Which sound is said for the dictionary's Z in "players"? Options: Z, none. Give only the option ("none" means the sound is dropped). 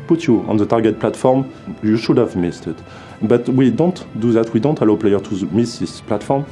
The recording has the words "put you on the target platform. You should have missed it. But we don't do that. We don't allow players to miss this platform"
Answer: none